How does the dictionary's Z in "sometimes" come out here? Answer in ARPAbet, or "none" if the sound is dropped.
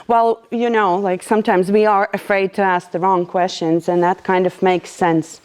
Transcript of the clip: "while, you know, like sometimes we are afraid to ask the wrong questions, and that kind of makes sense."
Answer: Z